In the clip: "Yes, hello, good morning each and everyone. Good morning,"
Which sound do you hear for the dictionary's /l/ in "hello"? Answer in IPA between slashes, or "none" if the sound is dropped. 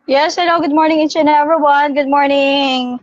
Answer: /n/